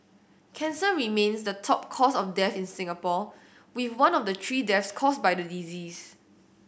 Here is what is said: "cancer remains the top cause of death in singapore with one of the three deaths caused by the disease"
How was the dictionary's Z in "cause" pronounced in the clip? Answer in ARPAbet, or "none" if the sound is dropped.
S